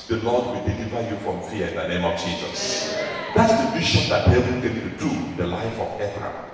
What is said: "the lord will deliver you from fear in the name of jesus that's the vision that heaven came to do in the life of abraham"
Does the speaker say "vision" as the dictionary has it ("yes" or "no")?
no